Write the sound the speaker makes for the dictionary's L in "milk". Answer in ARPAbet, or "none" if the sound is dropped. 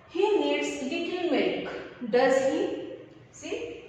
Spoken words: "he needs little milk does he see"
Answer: none